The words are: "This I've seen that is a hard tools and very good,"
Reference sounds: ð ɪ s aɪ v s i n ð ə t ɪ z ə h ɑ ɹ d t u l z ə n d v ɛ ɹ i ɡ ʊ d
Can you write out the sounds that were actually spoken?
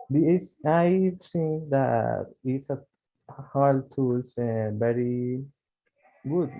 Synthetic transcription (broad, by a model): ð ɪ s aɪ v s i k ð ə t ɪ s ə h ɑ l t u l s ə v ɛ ɹ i ɡ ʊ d